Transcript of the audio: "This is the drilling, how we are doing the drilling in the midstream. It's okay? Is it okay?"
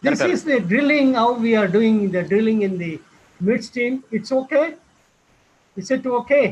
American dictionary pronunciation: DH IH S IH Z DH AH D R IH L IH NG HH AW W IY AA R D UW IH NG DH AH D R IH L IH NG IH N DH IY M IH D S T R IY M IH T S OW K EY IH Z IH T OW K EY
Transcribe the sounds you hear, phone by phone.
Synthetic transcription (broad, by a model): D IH S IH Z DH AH D R IH L IH NG HH AW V IY AA R D UW IH NG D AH D R IH L IH NG IH N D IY M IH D S T IY M IH T S OW K EY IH S IH T OW K EY